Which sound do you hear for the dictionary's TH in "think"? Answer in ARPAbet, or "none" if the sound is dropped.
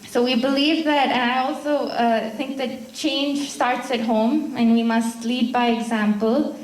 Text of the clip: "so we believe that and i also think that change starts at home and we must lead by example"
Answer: TH